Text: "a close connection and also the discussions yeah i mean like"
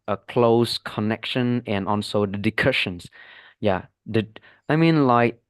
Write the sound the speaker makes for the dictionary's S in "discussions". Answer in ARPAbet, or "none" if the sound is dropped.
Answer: none